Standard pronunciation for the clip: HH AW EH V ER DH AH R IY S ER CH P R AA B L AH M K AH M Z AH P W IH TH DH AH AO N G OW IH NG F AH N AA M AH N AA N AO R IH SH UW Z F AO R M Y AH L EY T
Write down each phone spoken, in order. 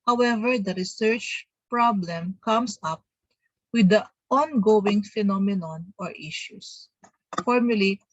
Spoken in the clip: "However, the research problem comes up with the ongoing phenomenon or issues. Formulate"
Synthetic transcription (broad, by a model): HH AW EH V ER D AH R IY S ER CH P R AA B L AH M K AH M S AH P W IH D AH AO N G OW IH NG F AH N AA M AH N AA N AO R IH SH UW S F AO R M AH L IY